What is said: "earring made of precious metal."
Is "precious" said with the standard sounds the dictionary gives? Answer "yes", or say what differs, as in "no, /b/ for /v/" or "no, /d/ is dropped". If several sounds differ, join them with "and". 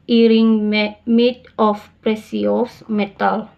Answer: no, /s/ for /ʃ/